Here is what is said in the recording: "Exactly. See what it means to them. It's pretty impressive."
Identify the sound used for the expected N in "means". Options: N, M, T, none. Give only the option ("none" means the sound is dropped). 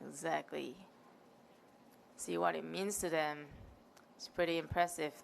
N